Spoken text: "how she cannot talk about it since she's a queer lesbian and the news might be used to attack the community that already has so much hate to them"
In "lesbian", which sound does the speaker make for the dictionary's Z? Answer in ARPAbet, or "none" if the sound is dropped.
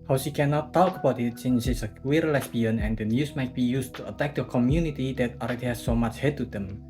S